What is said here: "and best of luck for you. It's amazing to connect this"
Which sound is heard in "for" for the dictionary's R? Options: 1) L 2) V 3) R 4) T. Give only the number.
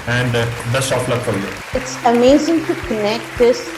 1